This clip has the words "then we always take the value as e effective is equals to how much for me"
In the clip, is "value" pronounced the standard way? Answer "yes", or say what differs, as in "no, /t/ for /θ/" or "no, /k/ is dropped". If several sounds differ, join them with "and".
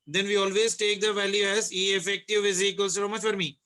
yes